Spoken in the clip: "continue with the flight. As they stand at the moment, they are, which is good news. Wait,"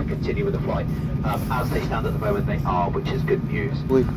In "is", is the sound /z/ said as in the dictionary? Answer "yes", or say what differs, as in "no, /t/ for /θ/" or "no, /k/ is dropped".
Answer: yes